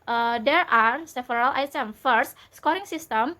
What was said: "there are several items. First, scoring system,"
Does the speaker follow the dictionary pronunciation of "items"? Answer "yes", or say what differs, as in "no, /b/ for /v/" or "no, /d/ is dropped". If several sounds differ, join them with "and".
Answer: no, /z/ is dropped